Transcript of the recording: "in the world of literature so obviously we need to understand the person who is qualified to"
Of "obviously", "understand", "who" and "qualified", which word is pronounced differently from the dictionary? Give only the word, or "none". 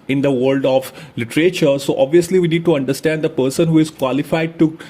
none